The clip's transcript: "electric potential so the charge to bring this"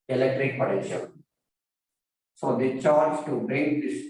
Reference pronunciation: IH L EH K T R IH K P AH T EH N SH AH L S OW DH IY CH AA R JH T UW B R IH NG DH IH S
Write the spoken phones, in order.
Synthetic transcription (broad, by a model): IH L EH K T R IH K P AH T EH SH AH N S OW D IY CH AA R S T UW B R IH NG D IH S